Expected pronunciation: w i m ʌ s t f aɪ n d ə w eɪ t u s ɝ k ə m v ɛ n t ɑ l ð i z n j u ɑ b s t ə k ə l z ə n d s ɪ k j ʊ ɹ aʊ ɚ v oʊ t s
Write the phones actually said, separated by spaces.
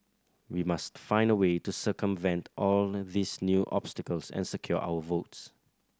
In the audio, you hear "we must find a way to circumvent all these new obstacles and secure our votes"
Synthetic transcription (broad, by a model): w i m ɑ s t f aɪ n d ə w eɪ t u s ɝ k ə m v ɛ n t ɑ l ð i s n j u ɑ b s t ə k ə l s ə n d s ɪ k j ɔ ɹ aʊ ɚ v oʊ t s